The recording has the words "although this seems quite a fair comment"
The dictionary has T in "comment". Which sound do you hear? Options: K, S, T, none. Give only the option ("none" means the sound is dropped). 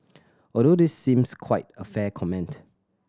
T